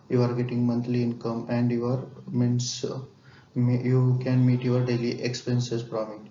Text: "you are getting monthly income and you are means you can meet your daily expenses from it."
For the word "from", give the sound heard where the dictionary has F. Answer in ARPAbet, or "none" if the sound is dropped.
P